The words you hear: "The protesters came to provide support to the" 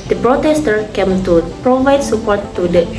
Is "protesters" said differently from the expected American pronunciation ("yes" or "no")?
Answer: yes